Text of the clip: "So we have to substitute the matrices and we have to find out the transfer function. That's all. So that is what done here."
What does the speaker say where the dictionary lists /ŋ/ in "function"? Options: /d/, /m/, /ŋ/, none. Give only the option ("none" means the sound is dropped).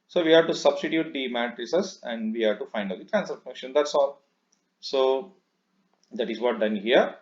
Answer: none